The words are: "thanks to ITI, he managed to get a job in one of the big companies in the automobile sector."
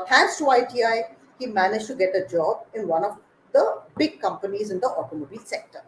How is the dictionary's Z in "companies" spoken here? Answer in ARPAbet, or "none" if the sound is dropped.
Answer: Z